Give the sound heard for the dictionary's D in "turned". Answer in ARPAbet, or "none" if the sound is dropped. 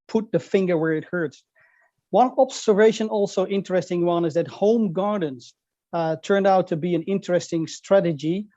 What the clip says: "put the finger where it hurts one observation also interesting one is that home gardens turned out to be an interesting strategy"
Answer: D